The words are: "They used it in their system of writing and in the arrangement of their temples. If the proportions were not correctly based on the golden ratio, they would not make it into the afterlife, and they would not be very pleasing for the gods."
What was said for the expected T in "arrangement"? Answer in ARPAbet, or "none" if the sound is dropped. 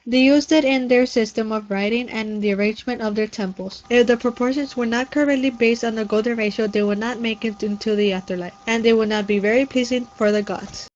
T